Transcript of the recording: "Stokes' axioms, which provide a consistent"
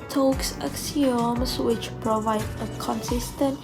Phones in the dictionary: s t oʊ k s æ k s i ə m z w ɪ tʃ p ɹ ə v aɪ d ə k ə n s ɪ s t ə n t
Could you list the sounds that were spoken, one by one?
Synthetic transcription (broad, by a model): t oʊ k s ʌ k s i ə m s w ɪ tʃ p ɹ ə v aɪ d ə k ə n s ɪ s t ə n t